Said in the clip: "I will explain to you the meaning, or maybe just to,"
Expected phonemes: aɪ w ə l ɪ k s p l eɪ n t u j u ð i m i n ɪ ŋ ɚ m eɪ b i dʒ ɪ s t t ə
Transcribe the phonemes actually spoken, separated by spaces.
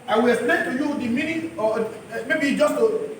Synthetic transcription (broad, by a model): aɪ w ə l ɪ s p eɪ t u j u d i m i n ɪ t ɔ m eɪ b i dʒ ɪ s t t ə